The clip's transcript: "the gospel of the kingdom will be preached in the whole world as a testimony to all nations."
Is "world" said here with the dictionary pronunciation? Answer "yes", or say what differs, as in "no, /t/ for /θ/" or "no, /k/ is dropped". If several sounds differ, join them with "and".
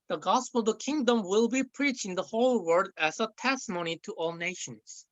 no, /l/ is dropped